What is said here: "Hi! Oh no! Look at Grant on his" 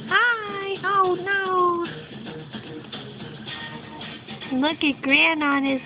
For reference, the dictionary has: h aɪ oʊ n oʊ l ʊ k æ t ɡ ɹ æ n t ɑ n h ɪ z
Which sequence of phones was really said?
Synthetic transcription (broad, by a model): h aɪ oʊ n oʊ l ʊ k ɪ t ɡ ɹ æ n ɑ n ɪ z